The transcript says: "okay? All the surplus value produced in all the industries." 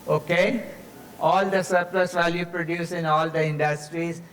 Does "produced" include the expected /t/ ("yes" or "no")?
no